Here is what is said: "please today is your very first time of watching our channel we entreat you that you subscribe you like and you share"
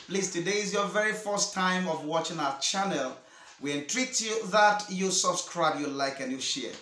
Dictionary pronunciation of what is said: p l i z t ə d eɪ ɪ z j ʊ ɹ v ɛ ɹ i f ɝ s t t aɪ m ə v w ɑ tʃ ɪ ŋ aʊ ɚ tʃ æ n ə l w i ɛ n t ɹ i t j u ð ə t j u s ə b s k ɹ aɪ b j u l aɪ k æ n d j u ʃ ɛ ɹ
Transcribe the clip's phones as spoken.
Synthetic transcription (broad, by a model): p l i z t ə d eɪ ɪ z j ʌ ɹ v ɛ ɹ i f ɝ s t t aɪ m ə v w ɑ tʃ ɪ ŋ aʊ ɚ tʃ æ n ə l w i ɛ n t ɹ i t j u ð ə t j u s ə b s k ɹ aɪ b j u l aɪ k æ n j u ʃ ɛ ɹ